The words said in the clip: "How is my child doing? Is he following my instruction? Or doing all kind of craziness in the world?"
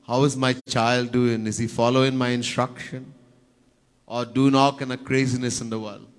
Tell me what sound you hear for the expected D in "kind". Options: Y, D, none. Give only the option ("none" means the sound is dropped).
none